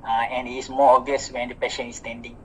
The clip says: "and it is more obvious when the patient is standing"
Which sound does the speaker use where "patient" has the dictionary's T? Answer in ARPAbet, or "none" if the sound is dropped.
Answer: none